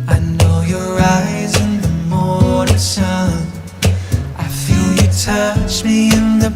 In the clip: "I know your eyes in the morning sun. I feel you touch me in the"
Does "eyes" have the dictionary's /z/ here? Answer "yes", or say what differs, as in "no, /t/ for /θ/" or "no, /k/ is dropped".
yes